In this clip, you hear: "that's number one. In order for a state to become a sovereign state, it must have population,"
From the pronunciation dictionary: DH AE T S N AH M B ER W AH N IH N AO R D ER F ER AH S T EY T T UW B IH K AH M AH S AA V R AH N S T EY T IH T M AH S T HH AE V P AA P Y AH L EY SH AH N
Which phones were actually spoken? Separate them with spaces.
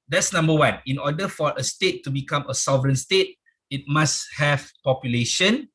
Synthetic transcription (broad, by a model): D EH T S N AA M B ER W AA N IH N AO D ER F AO AH S T EY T T UW B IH K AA M AH S AA V R AH N S T EY T IH T M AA S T HH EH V P AA P Y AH L EY SH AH N